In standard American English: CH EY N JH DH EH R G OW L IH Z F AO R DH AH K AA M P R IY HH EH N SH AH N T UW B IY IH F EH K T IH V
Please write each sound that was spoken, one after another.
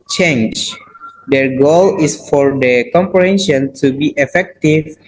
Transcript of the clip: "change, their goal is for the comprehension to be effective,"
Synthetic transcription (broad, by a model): CH EY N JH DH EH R G OW L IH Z F AO R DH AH K AA M P R IY HH EH N SH AH N T UW B IY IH F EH K T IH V